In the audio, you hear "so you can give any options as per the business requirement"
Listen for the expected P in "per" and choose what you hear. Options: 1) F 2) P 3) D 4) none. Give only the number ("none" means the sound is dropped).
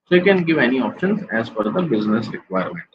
1